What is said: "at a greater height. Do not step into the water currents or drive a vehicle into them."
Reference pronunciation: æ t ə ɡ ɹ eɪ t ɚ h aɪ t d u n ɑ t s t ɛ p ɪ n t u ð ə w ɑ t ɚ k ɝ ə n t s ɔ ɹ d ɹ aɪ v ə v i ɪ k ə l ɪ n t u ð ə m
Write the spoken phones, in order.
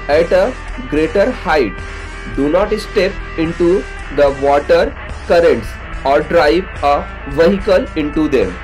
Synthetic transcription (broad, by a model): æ t ə ɡ ɹ eɪ t ɚ h aɪ t d u n ɑ t s t ɛ p ɪ n t u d ə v ɑ t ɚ k ɝ ə n t s ɔ ɹ d ɹ aɪ v ə v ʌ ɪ k ə l ɪ n t u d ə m